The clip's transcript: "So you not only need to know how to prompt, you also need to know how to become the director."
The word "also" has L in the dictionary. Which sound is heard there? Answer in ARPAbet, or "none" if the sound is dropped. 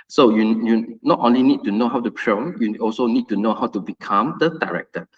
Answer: L